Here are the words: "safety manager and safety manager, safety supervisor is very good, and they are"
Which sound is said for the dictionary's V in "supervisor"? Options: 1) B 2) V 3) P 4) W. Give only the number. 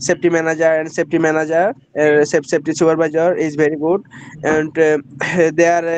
1